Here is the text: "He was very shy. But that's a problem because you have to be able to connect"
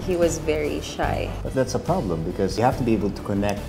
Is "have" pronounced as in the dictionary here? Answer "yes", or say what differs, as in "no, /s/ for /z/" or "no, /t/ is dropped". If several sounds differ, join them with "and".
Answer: no, /f/ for /v/